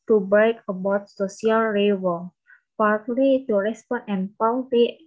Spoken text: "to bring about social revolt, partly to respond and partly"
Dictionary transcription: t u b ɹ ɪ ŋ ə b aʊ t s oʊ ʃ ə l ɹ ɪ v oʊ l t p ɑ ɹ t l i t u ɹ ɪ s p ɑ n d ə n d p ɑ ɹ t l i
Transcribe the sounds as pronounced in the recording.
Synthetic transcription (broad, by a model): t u b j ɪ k ə b aʊ t s oʊ s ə l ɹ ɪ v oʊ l p ɑ ɹ t l i t u ɹ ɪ s p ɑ n ə n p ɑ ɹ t l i